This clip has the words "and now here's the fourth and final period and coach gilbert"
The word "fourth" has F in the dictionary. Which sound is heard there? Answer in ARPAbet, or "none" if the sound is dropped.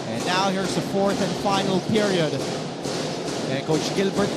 F